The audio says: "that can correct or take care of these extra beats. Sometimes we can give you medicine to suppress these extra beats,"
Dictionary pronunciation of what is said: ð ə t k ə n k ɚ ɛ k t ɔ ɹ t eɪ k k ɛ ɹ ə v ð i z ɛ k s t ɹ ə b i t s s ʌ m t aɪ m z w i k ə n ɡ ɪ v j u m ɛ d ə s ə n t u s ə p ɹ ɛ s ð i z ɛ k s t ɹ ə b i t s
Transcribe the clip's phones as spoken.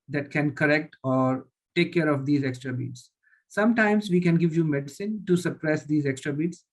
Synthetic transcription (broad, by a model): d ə t k ə n k ɚ ɛ k t ɔ ɹ t eɪ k k ɛ ɹ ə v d i z ɛ k s t ɹ ə b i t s s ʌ m t aɪ m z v i k ə n ɡ ɪ v j u m ɛ d ə s ə n t u s ə p ɹ ɛ s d i z ɛ k s t ɹ ə b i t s